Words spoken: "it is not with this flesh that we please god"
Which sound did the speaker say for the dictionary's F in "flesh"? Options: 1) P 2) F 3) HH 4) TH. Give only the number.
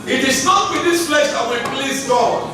1